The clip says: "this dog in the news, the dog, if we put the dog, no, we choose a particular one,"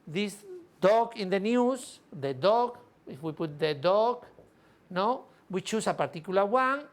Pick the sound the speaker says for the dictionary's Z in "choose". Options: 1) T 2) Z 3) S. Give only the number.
3